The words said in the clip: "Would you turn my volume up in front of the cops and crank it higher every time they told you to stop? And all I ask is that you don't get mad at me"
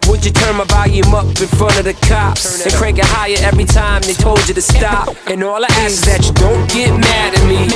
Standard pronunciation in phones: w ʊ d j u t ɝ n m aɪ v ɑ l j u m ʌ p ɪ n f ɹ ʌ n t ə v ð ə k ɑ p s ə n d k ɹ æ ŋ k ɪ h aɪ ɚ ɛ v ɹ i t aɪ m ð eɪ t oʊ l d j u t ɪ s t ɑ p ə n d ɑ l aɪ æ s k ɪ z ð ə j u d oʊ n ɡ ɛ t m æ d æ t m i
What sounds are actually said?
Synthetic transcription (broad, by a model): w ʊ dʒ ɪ t ɝ n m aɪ b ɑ j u m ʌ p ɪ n f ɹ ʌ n ə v ð ə k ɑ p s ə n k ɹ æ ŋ k ɪ h aɪ ɚ ɛ v ɹ i t aɪ m ð eɪ t oʊ l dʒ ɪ t ɪ s t ɑ p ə n ɑ l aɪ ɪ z ð ə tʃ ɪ d oʊ n ɡ ɛ t m æ d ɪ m i